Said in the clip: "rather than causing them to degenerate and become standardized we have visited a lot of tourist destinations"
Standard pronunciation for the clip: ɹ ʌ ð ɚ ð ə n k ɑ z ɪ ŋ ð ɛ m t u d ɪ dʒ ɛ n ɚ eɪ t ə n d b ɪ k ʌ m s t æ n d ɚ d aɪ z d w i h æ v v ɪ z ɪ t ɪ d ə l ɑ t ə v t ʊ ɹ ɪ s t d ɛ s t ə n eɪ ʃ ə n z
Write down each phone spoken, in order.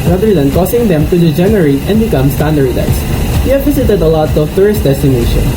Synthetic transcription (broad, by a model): ɹ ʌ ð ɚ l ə n k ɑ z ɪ ŋ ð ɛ m t u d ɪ dʒ ɛ n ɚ eɪ t ə n d b ɪ k ʌ m s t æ n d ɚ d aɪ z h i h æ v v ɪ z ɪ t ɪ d ə l ɑ t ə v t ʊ ɹ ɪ s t d ɛ s t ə n eɪ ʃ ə n